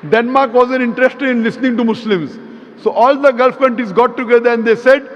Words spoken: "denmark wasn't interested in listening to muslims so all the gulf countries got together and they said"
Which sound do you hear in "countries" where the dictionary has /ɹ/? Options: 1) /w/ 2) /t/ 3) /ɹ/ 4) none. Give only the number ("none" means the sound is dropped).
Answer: 4